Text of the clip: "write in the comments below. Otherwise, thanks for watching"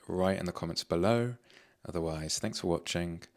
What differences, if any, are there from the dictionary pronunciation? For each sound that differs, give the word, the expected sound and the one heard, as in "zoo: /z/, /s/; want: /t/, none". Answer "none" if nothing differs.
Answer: none